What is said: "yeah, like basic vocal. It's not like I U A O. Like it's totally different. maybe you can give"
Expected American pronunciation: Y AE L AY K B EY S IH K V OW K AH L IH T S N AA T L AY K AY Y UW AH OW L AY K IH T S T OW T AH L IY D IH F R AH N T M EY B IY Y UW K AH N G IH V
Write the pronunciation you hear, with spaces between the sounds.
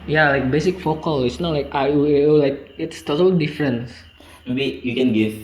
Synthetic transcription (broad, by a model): Y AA L AY K B EY S IH K F OW K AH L IH T S N AA T L AY K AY AH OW L AY K IH T S T OW T AH L IY D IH F R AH N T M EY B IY Y UW K AH N G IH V